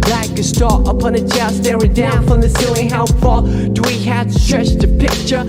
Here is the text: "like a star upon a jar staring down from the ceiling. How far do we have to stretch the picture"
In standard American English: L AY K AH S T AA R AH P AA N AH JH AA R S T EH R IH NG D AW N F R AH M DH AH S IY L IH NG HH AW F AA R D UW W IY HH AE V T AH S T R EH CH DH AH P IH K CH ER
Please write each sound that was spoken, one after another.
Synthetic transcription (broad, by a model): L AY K AH S T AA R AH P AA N AH CH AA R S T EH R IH D AW N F R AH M DH AH S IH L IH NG HH AW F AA L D W IY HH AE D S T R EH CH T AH P IH K CH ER